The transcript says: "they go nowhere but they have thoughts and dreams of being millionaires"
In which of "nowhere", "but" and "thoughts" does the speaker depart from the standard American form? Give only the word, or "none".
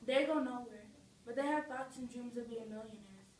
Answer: thoughts